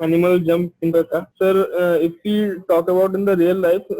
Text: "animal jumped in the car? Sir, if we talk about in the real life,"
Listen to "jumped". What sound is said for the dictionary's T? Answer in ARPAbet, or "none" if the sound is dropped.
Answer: none